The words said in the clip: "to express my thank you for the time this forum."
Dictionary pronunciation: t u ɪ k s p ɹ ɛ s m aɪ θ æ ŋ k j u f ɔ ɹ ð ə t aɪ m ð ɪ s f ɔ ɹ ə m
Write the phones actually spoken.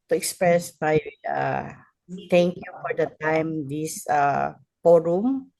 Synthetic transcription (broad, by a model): t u ɪ k s p ɹ ɛ s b aɪ t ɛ ŋ k j u f ɔ ɹ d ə t aɪ m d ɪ s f ɔ ɹ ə m